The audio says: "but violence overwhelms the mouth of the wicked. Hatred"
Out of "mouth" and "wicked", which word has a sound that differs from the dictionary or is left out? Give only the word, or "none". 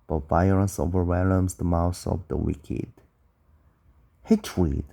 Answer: mouth